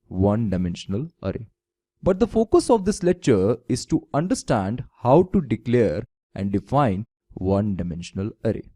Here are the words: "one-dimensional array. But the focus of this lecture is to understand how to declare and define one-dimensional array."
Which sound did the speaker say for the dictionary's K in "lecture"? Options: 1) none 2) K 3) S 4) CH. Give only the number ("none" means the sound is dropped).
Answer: 2